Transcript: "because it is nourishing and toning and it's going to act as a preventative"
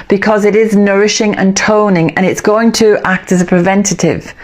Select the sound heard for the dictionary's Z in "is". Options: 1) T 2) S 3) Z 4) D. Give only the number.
3